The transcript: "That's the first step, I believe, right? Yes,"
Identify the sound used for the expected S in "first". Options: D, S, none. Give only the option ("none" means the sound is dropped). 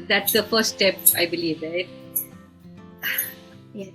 none